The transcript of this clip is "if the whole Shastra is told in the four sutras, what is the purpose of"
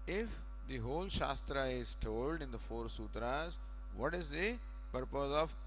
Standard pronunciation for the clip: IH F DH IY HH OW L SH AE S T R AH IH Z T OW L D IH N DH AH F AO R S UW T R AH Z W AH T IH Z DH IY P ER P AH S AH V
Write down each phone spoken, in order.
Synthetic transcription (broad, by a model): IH F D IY HH OW L SH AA S T R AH IH Z T OW L D IH N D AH F AO R S UW T R AH Z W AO T IH Z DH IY P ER P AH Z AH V